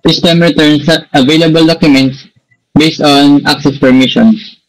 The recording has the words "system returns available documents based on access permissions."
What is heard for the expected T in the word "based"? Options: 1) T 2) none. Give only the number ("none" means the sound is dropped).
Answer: 1